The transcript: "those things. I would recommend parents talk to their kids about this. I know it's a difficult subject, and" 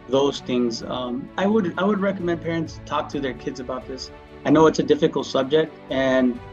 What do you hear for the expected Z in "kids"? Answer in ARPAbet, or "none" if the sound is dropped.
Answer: Z